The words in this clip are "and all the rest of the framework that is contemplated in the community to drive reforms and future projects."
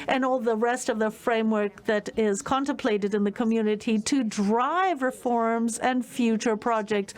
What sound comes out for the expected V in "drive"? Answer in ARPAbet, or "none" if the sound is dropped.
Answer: V